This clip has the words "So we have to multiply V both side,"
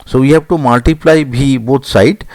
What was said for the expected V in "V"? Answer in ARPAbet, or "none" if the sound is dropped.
B